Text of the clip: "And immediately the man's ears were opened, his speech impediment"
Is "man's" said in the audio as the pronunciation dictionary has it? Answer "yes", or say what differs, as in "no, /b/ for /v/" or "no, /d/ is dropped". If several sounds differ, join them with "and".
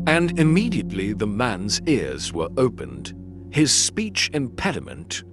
yes